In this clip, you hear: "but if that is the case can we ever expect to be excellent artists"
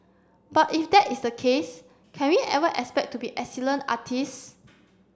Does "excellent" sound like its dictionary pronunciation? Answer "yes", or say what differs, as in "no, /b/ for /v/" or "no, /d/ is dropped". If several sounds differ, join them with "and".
no, /t/ is dropped